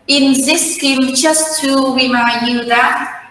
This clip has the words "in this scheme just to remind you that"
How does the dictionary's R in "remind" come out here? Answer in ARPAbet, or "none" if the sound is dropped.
W